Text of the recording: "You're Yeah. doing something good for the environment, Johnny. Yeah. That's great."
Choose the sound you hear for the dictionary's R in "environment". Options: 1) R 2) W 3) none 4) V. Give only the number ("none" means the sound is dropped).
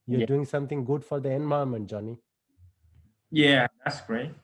3